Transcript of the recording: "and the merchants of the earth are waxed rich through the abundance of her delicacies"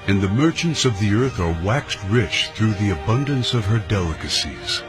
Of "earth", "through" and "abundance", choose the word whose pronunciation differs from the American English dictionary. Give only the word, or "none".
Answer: none